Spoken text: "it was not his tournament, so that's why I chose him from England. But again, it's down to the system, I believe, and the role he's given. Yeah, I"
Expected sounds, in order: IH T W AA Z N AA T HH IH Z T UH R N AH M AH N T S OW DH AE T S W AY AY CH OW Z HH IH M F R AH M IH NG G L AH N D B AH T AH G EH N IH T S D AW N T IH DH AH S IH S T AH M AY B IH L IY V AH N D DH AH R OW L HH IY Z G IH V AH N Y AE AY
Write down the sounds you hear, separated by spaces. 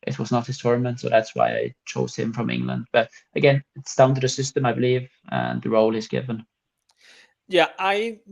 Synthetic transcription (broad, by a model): IH T W AA Z N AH T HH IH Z T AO R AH M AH N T S OW DH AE T S W AY AY CH OW Z HH IH M F R AH M IH NG G L AH N D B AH T AH G EH N IH T S AW N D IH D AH S IH S T AH M AY B IH L IY V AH N DH AH R OW L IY Z G IH V AH N Y AE AY